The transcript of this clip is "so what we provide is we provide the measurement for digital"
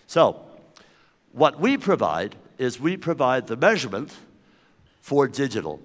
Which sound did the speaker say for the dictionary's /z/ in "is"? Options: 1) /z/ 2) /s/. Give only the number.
1